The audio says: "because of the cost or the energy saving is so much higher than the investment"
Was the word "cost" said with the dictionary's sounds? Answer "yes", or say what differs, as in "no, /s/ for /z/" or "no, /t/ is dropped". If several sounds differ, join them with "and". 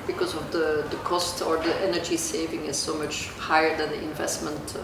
yes